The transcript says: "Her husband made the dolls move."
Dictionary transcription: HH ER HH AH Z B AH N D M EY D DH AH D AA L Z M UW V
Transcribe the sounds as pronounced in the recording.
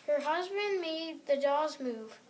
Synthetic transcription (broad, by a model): HH ER HH AH Z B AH N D M EY D DH AH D AA Z M UW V